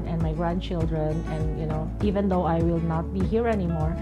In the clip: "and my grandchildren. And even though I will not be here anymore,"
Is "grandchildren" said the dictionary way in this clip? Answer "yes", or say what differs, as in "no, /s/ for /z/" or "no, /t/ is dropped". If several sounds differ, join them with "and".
yes